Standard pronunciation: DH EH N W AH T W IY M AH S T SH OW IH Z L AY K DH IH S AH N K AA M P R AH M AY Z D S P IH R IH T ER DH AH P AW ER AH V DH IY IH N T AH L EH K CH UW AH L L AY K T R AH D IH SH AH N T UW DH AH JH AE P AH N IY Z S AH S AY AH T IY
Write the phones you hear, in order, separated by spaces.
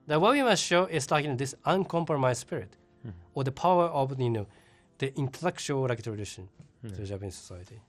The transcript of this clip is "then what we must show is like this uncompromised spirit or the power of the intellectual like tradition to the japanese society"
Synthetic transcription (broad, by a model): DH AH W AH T W IY M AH S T SH OW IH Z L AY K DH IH S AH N K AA M P R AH M AY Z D S P IH R IH T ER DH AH P AW ER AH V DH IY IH N T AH L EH K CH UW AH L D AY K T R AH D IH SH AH N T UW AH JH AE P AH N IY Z S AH S AY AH T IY